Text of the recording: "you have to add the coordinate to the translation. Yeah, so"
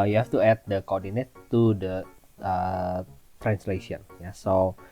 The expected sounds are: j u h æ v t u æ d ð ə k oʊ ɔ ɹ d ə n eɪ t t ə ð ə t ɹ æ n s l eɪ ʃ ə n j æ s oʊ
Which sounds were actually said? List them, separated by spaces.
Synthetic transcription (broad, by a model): j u h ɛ f t u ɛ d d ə k oʊ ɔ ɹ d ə n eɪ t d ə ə t ɹ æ n s l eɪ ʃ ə n j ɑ s oʊ